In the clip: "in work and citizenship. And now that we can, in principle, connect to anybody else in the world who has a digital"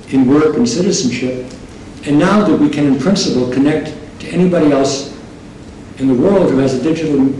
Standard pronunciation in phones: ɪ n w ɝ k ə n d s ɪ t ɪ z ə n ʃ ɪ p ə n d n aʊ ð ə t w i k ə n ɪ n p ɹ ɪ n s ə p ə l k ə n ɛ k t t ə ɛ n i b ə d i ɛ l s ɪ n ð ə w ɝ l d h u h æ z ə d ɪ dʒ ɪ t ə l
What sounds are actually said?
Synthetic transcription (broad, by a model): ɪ n w ɝ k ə n s ɪ t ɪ z n ʃ ɪ p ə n n aʊ ð ə t w i k ə n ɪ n p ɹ ɪ n s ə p l k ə n ɛ k t t ɛ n i b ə d i ɛ l s ɪ n ð ə w ɝ l d h u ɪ z ə d ɪ dʒ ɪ t l